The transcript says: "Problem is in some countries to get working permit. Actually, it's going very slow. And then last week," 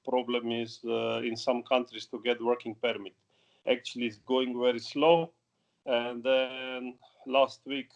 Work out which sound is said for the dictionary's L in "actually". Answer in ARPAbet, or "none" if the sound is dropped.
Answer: L